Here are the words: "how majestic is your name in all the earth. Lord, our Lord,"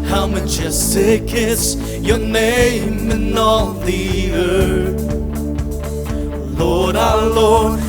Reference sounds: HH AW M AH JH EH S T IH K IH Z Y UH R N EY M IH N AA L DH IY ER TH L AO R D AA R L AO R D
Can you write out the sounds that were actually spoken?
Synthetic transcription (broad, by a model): HH AW M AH CH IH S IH K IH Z Y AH R N EY M IH N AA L DH IY ER TH L AO R D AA L AO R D